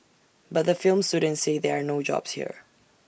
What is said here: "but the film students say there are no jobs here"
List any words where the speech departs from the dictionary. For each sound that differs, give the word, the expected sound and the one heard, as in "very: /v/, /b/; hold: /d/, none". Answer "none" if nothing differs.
none